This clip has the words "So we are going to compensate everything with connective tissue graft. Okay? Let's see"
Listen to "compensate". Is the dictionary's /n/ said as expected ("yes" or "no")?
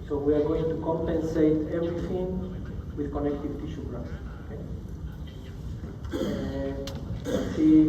yes